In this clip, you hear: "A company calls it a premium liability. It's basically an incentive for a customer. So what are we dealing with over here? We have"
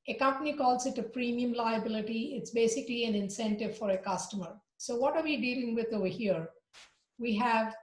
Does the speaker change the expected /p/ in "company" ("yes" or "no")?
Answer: no